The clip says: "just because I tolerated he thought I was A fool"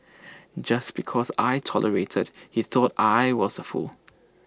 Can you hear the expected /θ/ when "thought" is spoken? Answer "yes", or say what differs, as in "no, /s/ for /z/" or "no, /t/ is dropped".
yes